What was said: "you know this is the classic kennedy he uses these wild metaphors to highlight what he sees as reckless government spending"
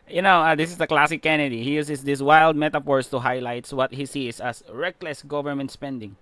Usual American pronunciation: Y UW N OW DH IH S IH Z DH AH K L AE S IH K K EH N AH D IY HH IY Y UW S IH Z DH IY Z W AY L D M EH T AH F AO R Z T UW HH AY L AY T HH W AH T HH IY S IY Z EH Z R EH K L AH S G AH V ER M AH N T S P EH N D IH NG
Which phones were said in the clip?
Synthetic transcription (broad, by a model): Y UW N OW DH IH S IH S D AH K L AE S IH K K EH N AH D IY HH IY Y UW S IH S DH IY S W AY L D M EH T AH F AO R S T UW HH AY L AY T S W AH T HH IY S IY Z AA S R EH K L AH S G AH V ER M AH N T S P EH N D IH NG